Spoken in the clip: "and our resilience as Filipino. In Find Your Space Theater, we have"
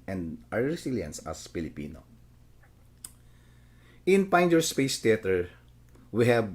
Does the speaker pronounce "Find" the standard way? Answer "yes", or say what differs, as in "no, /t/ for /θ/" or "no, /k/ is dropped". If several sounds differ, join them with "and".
no, /p/ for /f/